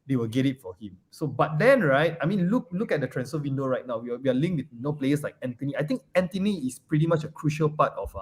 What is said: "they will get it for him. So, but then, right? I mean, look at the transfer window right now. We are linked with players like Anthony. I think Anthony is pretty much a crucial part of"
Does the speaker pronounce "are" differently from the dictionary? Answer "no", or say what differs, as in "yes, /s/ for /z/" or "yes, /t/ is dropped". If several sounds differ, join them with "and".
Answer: yes, /w/ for /ɹ/